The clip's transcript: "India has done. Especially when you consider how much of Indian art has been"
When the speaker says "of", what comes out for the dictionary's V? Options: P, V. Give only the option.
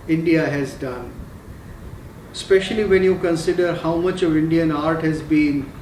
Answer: V